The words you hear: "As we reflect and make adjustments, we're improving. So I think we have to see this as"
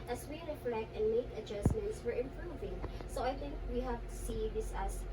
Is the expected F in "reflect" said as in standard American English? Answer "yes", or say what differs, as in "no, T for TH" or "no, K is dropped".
yes